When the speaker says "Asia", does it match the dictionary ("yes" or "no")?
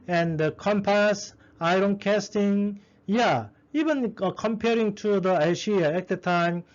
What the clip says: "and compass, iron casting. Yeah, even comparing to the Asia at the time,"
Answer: no